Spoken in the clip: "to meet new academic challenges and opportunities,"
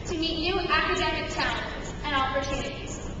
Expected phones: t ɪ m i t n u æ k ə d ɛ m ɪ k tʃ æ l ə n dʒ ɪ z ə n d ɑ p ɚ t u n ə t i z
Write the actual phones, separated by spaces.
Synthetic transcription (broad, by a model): t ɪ m i t n u æ k ə d ɛ m ɪ k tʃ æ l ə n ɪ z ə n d ɑ p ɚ t u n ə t i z